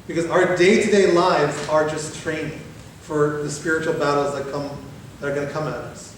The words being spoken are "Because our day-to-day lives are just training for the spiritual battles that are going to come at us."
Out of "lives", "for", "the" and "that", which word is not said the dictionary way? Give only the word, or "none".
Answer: none